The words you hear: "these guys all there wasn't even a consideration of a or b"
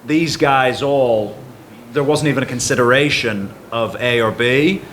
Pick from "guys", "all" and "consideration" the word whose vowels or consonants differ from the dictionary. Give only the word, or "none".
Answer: none